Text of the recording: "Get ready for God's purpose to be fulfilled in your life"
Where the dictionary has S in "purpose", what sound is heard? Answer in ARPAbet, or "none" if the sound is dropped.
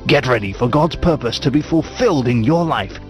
S